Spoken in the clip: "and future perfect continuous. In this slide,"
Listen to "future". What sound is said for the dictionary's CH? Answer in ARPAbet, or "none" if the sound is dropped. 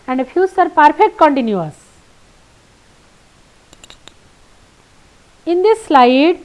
S